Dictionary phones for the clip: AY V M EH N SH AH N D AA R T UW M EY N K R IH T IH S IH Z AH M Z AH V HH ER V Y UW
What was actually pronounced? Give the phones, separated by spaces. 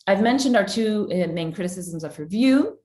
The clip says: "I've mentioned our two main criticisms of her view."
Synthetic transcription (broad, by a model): AY V M EH N SH AH N D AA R T UW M EY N K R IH T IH S IH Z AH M Z AH V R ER V Y UW